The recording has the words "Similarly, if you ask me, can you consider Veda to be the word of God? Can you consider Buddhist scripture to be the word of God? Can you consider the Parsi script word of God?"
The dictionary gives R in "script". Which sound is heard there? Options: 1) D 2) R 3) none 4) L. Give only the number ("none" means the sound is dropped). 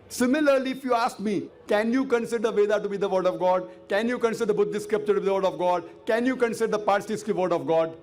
3